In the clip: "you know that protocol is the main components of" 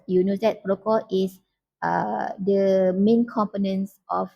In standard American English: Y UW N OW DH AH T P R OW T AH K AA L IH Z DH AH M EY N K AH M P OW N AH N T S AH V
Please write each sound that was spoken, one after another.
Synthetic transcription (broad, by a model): Y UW N OW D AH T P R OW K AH IY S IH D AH M EY N K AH M P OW N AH N S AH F